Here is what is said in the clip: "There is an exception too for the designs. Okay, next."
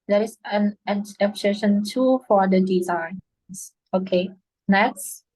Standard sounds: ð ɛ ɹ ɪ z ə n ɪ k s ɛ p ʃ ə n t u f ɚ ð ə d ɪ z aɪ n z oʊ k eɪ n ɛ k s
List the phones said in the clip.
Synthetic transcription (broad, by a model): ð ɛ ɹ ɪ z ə n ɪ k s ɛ ʃ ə n t u f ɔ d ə d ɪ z aɪ n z oʊ k eɪ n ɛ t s